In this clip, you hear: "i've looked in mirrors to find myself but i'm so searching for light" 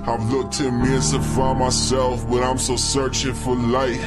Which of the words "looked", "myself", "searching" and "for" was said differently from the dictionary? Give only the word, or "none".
none